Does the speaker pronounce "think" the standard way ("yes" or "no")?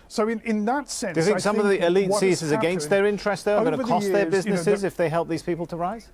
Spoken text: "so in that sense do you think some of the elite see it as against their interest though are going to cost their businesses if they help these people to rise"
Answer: no